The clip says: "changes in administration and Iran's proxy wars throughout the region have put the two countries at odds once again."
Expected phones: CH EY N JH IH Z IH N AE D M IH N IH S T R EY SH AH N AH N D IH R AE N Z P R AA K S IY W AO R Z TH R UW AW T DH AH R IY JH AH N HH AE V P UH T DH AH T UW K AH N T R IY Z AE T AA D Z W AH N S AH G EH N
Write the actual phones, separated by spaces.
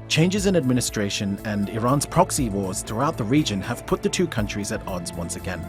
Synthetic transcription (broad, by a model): CH EY N JH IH Z IH N AE D M IH N IH S T R EY SH AH N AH N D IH R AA N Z P R AA K S IY W AO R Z TH R UW AW T DH AH R IY JH AH N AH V P UH T DH AH T UW K AH N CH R IY Z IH T AA D Z W AH N S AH G EH N